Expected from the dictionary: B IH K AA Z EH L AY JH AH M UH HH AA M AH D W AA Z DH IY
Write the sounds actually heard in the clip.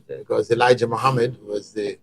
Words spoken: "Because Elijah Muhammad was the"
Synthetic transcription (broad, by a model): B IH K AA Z EH L AY JH AH M UH HH AA M AH D W AA Z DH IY